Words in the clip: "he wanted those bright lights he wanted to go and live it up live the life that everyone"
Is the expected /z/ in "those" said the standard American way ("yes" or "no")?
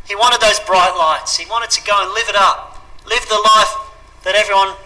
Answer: yes